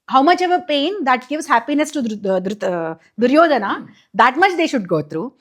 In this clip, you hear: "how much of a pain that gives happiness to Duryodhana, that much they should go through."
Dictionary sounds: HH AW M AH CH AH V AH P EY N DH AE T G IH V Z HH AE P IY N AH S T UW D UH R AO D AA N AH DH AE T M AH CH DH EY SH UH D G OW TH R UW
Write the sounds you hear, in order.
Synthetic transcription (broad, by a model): HH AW M AH CH AH V AH P EY N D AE T G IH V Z HH AE P IY N AH S T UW D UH R AO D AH N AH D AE T M AH CH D EY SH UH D G OW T R UW